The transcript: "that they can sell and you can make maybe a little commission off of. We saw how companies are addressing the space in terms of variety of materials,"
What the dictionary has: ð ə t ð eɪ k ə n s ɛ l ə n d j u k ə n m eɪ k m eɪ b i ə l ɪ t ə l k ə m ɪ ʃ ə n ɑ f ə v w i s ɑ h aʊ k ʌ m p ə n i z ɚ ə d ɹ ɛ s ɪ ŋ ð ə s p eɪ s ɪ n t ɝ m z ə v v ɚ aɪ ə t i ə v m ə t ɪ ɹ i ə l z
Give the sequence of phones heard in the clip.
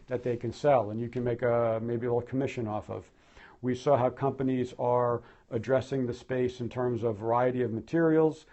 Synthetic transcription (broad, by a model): ð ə t ð eɪ k ə n s ɛ l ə n j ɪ k ə n m eɪ k m eɪ b i ə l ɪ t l k ə m ɪ ʃ ə n ɑ f ə v w i s ɑ h aʊ k ʌ m p ə n i z ɚ ə d ɹ ɛ s ɪ ŋ ð ə s p eɪ s ɪ n t ɝ m z ə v v ɚ aɪ ə t i ə v m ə t ɪ ɹ i l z